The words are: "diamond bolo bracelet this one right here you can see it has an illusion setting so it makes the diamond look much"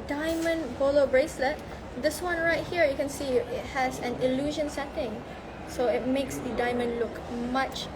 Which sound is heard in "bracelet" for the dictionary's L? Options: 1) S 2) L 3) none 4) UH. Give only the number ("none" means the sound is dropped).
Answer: 2